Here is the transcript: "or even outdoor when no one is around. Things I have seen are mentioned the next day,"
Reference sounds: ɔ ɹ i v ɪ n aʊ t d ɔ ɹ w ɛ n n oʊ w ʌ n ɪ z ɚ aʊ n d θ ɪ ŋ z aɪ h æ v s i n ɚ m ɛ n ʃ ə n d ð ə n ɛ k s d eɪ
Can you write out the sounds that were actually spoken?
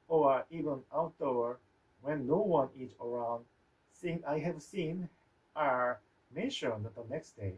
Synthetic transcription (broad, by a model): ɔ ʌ i v ɪ n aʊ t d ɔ ɹ w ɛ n n oʊ w ʌ n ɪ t ɚ aʊ n d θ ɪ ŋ aɪ h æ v s i n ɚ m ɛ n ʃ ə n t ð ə n ɛ k s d eɪ